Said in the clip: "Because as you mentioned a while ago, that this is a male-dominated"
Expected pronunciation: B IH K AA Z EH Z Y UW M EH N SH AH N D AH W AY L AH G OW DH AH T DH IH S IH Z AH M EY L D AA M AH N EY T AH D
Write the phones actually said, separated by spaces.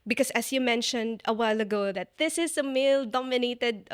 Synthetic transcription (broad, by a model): B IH K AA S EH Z Y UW M EH N SH AH N D AH W AY L AH G OW DH AH T DH IH S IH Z AH M EY L D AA M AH N EY T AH D